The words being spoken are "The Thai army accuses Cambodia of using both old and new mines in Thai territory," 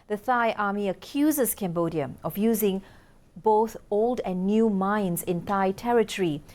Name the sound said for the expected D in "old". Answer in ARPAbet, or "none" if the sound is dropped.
D